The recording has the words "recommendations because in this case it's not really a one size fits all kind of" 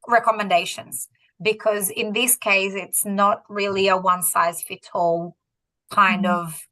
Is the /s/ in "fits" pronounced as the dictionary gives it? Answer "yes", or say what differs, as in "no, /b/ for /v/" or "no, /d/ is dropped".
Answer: no, /s/ is dropped